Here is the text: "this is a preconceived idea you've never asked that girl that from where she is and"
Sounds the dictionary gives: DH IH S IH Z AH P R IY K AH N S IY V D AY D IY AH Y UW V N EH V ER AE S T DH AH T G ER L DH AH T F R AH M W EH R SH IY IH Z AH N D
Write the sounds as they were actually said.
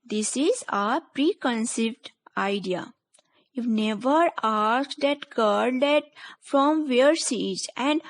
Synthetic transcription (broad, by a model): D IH S IH Z AH P R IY K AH N S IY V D AY D IY AH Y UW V N EH V ER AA S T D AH T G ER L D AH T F R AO M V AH R S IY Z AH N D